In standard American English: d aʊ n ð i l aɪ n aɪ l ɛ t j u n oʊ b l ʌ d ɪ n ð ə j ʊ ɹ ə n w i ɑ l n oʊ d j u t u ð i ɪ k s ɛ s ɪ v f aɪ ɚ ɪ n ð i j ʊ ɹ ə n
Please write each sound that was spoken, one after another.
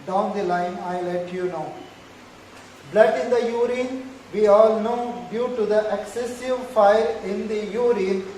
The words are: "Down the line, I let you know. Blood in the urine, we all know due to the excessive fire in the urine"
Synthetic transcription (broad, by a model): d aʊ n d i l aɪ n aɪ l ɛ t j u n oʊ b l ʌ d ɪ n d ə j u ɹ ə n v i ɑ l n oʊ d j u t u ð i ɪ k s ɛ s ɪ v f aɪ ɚ ɪ n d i j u ɹ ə n